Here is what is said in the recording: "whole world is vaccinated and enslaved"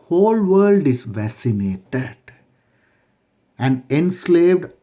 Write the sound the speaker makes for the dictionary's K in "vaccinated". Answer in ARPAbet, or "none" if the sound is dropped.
none